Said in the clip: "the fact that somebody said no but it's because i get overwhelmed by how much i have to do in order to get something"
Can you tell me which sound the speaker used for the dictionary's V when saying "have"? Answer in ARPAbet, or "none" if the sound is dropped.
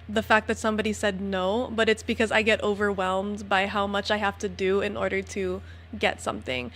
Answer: F